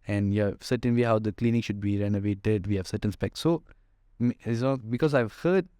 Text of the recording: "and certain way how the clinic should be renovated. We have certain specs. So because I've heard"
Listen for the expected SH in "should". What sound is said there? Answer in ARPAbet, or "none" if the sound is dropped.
SH